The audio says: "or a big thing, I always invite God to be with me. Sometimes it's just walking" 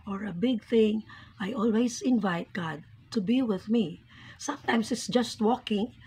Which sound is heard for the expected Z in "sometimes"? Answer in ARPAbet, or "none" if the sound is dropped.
S